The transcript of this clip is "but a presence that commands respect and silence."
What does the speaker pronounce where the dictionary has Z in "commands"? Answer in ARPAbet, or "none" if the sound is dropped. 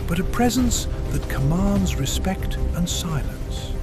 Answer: Z